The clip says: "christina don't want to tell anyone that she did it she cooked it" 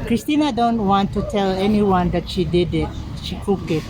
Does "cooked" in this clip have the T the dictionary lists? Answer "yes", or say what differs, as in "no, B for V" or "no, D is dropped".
no, T is dropped